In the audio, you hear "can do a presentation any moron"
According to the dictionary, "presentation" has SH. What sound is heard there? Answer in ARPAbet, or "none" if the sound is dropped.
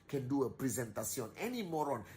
S